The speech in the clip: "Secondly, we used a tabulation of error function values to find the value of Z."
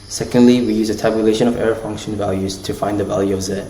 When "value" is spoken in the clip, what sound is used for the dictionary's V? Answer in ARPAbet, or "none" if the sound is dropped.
V